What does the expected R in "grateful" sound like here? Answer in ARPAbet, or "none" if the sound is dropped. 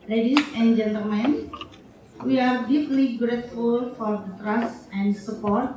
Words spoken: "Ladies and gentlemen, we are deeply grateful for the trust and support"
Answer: R